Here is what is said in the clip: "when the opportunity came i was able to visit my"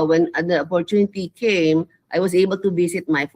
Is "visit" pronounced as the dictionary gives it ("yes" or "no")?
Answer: no